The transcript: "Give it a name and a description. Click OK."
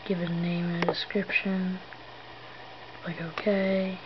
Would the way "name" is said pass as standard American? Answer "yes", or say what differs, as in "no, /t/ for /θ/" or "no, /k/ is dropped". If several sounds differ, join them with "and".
no, /m/ is dropped